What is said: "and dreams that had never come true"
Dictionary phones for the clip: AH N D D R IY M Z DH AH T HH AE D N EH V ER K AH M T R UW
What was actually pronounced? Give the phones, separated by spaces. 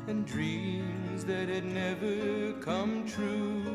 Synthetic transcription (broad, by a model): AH N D D R IY M Z DH AH T HH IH D N EH V ER K AH M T R UW